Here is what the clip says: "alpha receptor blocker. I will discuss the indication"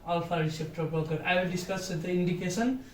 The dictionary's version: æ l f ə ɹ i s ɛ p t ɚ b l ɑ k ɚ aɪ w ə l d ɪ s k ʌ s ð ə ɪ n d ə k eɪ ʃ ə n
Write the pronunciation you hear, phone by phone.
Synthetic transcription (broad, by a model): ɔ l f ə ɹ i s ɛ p t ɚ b ɑ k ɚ aɪ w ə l d ɪ s k ʌ s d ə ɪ n d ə k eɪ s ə n